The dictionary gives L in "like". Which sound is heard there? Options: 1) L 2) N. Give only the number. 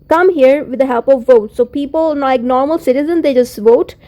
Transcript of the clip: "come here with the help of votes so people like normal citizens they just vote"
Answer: 2